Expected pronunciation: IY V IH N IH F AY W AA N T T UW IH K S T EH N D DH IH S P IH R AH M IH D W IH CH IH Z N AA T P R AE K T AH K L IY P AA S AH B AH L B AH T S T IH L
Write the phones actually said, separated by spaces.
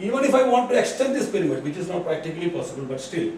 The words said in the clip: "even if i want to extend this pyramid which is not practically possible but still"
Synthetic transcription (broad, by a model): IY V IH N IH F AY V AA N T T UW IH K S T EH N D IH S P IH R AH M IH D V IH CH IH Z N AA T P R AE K T AH K L IY P AA S AH B AH L B AH T S T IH L